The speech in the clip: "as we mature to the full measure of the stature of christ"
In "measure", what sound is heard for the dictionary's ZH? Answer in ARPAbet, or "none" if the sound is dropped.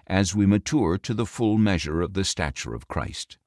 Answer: ZH